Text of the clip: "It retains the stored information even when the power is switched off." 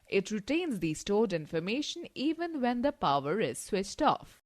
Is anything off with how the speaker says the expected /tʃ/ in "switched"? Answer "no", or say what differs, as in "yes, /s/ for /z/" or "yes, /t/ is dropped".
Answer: no